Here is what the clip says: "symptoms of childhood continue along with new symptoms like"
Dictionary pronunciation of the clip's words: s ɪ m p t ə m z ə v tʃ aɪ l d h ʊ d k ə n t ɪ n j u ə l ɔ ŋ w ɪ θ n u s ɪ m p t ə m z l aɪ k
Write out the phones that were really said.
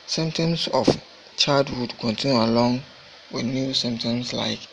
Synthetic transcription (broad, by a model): s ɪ m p t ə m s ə f tʃ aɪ d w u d k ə n t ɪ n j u ə l ɔ ŋ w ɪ n u s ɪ m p t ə m s l aɪ k